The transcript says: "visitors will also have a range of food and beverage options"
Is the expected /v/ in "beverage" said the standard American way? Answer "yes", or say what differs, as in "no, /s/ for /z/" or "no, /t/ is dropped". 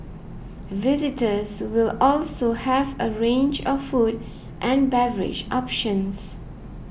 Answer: yes